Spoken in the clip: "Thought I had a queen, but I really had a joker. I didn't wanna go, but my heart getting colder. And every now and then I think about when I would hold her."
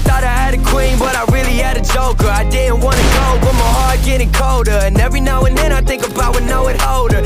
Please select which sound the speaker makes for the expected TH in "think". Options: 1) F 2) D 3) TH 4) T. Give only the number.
3